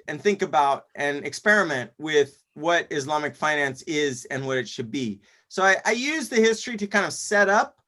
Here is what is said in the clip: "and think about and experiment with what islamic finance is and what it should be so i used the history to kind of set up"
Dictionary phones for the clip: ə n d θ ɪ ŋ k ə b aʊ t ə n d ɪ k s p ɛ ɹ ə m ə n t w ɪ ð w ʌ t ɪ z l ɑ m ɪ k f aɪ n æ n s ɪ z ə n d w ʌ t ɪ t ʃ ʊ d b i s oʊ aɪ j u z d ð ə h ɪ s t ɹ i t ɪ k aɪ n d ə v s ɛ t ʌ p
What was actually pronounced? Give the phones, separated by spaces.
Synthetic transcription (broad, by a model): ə n θ ɪ ŋ k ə b aʊ t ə n ɪ k s p ɛ ɹ ə m ə n t w ɪ ð w ʌ t ɪ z l ɑ m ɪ k f aɪ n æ n s ɪ z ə n w ʌ t ɪ t ʃ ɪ d b i s oʊ aɪ j u z ð ə h ɪ s t ɹ i t ɪ k aɪ n d ə v s ɛ t ʌ p